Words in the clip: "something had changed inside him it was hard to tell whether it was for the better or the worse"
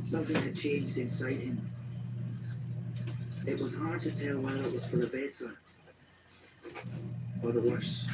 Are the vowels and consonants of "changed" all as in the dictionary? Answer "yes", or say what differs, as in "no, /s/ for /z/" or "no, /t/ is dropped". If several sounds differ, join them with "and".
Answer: yes